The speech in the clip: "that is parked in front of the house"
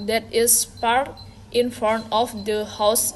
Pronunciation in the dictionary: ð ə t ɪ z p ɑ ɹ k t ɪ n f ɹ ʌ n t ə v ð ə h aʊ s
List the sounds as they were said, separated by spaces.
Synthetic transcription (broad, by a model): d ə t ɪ s p ɑ ɹ t ɪ n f ʌ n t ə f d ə h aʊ s